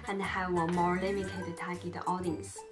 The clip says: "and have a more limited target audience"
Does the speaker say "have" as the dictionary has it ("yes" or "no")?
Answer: no